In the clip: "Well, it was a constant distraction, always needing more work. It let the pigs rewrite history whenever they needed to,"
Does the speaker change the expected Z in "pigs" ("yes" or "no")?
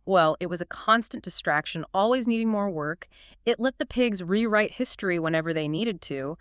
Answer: no